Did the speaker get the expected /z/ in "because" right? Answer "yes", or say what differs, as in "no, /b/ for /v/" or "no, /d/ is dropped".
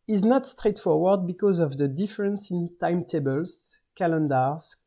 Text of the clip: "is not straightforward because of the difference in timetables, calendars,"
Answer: yes